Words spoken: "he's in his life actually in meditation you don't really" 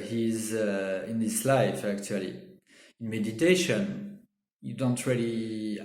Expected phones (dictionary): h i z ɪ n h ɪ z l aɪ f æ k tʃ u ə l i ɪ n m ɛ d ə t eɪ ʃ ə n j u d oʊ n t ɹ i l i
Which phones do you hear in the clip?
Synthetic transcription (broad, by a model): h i z ɪ n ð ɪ s l aɪ f æ k tʃ u ə l i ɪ n m ɛ d ə t eɪ ʃ ə n j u d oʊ n t ɹ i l i